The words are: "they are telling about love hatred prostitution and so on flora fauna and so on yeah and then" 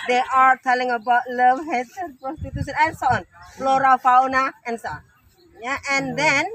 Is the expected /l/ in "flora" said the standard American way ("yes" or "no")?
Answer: yes